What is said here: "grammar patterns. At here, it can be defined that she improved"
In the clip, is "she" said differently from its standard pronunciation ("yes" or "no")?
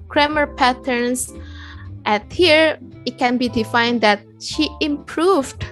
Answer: no